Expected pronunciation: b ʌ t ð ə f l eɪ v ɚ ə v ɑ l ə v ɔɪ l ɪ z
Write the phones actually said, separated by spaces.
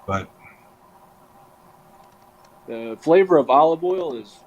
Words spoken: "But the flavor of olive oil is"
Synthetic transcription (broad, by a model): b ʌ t ð ə f l eɪ v ɚ ə v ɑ l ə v ɔɪ l ɪ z